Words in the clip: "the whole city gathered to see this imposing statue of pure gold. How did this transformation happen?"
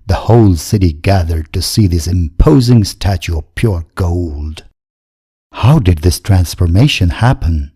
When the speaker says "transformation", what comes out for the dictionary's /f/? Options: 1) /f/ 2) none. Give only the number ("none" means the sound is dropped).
1